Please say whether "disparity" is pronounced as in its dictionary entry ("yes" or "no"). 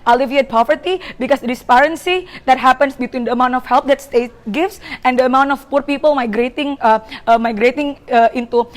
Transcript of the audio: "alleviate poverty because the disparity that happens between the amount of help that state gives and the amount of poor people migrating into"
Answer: no